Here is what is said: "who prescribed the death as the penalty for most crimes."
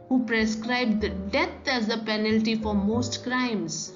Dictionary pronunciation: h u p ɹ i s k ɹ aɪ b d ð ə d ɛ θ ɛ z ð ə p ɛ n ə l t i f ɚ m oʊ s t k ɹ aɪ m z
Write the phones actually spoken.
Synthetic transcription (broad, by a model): h u p ɹ i s k ɹ aɪ b d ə d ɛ t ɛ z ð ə p ɛ n ə l t i f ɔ m oʊ s t k ɹ aɪ m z